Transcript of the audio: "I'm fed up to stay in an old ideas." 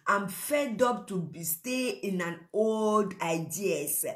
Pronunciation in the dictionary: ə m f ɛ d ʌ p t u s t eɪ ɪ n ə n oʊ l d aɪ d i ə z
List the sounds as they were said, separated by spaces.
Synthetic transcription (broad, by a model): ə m f ɛ d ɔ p t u s t eɪ ɪ n ə n oʊ l d aɪ d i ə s